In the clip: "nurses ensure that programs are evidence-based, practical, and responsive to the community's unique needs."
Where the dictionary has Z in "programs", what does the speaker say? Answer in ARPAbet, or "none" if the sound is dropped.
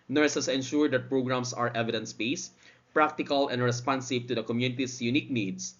S